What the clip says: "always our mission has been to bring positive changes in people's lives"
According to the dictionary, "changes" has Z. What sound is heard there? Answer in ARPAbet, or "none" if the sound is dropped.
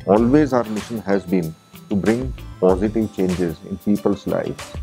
Z